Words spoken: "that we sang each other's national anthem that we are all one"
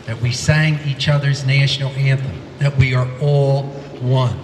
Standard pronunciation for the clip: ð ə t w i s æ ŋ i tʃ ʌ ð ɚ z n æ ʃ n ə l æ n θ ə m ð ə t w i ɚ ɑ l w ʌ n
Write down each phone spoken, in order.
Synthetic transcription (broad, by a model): ð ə t w i s æ ŋ i tʃ ʌ ð ɚ z n æ ʃ n l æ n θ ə ð ə t w i ɚ ɑ l w ʌ n